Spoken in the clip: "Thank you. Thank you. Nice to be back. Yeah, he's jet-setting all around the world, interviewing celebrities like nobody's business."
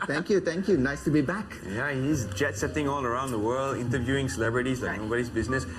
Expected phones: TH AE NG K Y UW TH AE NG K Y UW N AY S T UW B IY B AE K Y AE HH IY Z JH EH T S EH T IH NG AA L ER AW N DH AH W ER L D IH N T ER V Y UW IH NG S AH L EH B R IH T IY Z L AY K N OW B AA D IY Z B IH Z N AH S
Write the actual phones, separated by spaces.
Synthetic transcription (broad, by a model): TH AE NG K Y UW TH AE NG K Y UW N AY S T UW B IY B AE K Y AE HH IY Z JH EH T S EH T IH NG AA L ER AW N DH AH W ER L D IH N T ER V Y UW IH NG S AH L EH B R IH T IY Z L AY K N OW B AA D IY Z B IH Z N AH S